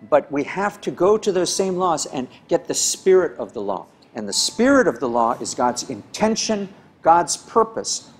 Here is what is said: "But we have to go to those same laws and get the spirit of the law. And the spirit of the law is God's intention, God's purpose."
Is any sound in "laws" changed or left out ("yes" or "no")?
no